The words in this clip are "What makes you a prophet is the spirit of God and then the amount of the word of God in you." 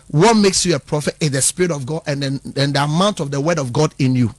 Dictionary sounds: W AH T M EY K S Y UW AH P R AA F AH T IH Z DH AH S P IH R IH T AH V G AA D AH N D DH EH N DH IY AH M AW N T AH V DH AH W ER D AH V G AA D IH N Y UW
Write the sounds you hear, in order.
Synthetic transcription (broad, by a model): W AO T M EY K S Y UW AH P R AA F AH T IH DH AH S P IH R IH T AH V G AA D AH N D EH N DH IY AH M AW N T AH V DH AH W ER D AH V G AA D IH N Y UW